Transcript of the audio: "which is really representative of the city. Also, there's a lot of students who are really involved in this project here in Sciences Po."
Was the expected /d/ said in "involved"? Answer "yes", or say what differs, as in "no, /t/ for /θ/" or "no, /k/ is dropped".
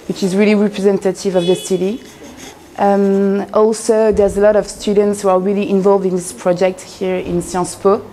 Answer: yes